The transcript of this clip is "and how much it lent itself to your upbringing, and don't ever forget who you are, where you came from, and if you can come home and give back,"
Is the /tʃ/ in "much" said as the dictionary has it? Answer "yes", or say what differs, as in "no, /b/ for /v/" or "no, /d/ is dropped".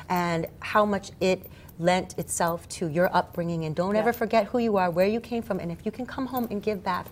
yes